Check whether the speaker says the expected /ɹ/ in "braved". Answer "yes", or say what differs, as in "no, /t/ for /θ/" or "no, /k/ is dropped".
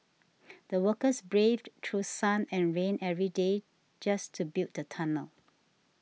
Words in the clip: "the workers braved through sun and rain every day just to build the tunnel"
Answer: yes